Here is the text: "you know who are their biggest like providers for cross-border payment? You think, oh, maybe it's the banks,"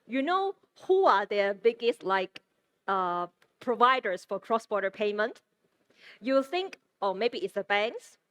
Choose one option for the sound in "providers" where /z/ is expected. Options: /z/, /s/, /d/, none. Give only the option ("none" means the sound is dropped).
/s/